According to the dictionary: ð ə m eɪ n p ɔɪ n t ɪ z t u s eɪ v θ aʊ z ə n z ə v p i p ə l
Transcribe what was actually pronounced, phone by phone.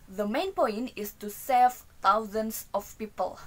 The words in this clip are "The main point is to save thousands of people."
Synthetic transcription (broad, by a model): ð ə m eɪ n p ɔɪ n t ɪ s t u s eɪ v t aʊ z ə n s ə f p i p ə l